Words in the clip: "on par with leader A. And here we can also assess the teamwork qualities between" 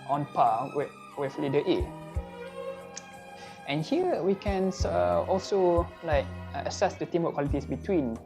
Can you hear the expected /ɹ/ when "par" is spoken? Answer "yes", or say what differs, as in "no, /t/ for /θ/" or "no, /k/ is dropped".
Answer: no, /w/ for /ɹ/